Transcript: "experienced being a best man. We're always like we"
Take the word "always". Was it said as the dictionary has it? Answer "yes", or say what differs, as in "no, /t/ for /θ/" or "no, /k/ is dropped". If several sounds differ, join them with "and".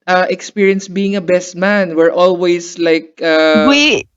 no, /s/ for /z/